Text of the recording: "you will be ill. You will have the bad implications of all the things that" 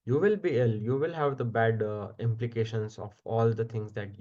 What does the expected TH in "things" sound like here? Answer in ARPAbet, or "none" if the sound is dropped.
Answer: T